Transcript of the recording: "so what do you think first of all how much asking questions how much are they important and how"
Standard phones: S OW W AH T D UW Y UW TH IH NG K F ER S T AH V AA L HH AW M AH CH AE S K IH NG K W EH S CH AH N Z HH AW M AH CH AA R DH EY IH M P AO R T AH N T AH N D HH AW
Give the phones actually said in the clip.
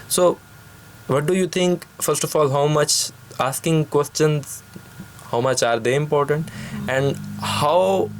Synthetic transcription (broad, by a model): S OW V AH T D UW Y UW T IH NG K F ER S T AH F AA L HH AW M AH CH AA S K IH NG K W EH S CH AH N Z HH AW M AH CH AA R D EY IH M P AO R T AH N T AH N D HH AW